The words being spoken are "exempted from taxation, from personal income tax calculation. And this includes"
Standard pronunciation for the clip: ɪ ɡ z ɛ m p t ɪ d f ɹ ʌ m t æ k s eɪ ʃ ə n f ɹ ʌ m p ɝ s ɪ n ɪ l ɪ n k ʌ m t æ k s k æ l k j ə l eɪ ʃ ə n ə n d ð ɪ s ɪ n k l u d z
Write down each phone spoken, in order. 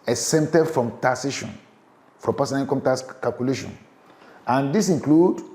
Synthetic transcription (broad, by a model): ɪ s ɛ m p t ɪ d f ɹ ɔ m t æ s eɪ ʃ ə n f ɹ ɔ m p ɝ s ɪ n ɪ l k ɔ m t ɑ s k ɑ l k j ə l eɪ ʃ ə n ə n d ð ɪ s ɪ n k l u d